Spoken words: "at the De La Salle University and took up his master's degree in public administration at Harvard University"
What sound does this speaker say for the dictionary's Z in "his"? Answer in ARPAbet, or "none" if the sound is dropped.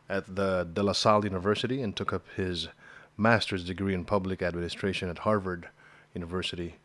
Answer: Z